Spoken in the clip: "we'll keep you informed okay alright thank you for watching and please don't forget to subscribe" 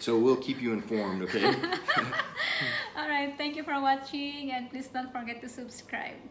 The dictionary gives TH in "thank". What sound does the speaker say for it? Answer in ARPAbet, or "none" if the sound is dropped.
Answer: T